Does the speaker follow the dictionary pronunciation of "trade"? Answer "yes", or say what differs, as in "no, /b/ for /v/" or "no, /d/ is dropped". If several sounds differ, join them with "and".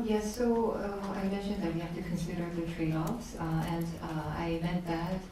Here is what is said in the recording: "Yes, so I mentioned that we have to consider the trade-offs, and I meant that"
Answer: no, /d/ is dropped